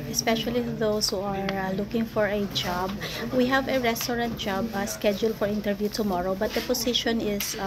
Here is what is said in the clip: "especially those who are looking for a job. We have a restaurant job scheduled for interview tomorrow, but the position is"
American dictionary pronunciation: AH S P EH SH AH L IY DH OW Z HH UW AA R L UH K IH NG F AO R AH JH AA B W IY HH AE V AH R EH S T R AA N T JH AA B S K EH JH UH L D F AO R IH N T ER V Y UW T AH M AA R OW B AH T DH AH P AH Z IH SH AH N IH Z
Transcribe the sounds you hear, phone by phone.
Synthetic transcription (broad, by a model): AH S P EH SH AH L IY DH OW S HH UW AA R L UH K IH NG F AO R AH JH AA B W IY HH AE V AH R EH S T R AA N T JH AA B S K EH JH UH L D F AO R IH N T ER V Y UW T AH M AA R OW B AH T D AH P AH S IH SH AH N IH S